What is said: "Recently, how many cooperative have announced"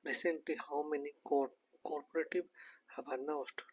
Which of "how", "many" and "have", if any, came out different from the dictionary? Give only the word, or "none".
have